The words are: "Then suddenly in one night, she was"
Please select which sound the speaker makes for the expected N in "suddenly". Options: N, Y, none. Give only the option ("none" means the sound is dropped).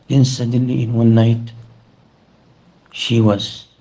none